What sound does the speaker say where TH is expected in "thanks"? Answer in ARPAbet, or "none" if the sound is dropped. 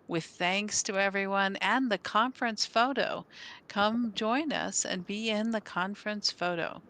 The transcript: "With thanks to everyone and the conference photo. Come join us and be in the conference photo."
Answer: TH